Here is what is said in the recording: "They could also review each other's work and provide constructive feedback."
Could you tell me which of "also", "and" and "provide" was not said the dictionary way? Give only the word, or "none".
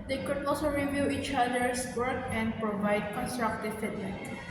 none